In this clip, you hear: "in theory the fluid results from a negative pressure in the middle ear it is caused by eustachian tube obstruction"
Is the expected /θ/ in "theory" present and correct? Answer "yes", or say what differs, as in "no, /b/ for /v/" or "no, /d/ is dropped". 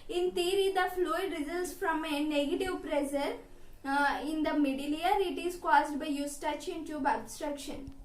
no, /t/ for /θ/